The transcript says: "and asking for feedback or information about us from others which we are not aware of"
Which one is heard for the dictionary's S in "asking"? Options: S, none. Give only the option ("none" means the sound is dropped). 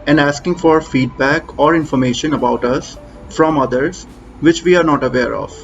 S